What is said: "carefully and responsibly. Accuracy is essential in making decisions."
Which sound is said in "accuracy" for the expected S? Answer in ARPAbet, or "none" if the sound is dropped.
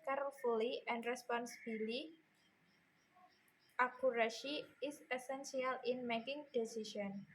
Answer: SH